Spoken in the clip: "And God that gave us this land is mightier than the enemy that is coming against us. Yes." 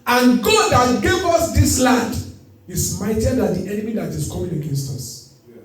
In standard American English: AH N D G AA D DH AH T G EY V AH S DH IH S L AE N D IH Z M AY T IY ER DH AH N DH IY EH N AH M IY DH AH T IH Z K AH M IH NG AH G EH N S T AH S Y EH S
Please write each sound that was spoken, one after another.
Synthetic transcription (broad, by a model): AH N G AA D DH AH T G EY V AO S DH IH S L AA N D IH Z M AY T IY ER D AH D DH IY EH N AH M IY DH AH T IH S K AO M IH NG AH G EH N S T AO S S